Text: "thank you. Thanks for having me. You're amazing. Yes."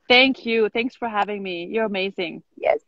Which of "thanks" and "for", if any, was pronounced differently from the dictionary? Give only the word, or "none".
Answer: none